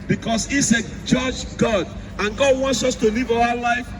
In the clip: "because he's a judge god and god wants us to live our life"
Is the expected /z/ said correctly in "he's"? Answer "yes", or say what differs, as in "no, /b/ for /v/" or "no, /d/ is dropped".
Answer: no, /s/ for /z/